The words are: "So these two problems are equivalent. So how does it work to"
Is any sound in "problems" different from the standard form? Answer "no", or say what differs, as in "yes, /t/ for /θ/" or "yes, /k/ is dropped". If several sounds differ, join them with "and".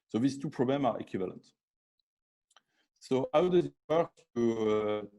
yes, /z/ is dropped